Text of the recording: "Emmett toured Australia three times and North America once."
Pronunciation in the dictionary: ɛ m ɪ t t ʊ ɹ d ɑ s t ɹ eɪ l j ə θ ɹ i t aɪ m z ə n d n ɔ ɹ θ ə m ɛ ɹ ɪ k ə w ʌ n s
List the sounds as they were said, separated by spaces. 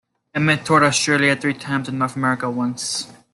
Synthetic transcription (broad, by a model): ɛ m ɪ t t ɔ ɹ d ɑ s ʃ ɹ l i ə θ ɹ i t aɪ m z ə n n ɔ ɹ θ ə m ɛ ɹ ɪ k ə w ʌ n s